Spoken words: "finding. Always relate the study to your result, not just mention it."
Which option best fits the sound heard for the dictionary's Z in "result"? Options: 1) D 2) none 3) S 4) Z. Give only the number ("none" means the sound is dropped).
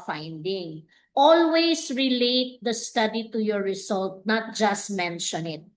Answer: 3